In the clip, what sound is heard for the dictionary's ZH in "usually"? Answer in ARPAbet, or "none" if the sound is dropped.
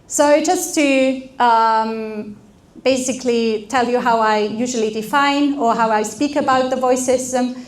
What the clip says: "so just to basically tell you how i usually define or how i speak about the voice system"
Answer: ZH